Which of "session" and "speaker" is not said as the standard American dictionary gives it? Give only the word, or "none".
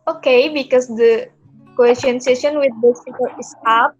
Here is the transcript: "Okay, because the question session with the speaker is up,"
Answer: speaker